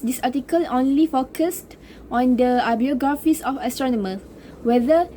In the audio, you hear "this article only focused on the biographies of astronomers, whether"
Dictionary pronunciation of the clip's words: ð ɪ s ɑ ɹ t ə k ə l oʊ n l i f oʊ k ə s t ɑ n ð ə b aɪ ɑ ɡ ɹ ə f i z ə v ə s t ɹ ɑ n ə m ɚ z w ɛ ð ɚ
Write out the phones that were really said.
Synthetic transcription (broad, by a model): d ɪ s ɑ t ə k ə l oʊ n l i f oʊ k ə s t ɑ n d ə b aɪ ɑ ɡ ɹ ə f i s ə f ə s t ɹ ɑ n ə m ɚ s w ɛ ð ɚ